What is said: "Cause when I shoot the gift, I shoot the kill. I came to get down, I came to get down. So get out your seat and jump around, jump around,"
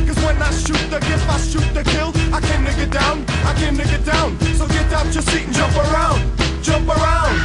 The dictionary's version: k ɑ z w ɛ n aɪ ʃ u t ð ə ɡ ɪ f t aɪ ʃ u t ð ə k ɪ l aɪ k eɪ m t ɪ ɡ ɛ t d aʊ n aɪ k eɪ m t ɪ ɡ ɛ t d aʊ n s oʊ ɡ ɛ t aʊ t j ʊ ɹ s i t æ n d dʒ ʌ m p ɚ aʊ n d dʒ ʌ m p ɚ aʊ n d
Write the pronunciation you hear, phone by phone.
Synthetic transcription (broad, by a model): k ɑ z w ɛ n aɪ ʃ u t ð ə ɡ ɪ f aɪ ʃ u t ð ə k ɪ l aɪ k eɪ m t ɪ ɡ ɛ t d aʊ n aɪ k eɪ m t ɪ ɡ ɛ t d aʊ n s oʊ ɡ ɛ t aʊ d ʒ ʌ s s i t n dʒ ʌ m p ɚ aʊ n d dʒ ʌ m p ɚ aʊ n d